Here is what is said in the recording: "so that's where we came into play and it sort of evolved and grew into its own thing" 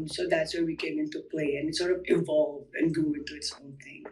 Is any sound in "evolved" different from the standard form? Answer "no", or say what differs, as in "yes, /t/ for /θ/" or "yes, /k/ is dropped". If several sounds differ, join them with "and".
yes, /d/ is dropped